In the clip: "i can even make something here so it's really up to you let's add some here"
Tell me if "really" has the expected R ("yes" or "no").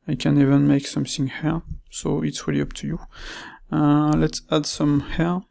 no